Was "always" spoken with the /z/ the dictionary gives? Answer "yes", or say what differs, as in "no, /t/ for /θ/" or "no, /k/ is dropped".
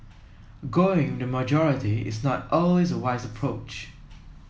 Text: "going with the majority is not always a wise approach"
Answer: yes